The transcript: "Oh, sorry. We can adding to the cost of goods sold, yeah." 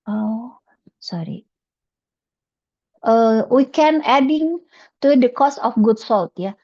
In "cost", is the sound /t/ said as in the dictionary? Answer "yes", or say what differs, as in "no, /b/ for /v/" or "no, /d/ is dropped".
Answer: no, /t/ is dropped